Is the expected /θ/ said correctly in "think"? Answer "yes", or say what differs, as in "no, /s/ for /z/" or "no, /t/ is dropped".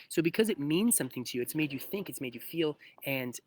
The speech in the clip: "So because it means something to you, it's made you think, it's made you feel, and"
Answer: yes